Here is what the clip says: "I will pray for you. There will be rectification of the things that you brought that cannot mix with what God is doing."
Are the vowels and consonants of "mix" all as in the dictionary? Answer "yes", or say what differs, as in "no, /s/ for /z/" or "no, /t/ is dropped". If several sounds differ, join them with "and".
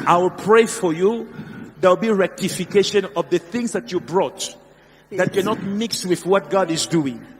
yes